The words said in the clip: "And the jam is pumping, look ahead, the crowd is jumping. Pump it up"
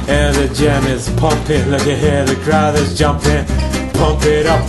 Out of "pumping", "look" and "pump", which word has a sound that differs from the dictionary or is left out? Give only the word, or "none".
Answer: none